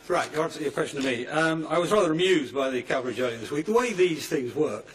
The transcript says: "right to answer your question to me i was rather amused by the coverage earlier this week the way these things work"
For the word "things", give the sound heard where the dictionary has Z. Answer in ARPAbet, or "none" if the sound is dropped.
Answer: Z